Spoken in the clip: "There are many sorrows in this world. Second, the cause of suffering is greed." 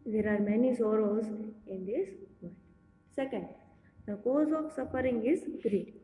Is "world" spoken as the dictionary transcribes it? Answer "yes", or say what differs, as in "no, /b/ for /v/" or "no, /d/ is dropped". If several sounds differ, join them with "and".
no, /l/ is dropped